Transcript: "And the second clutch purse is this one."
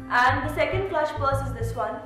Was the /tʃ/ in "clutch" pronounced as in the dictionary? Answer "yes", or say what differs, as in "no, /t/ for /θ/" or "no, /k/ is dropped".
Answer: no, /ʃ/ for /tʃ/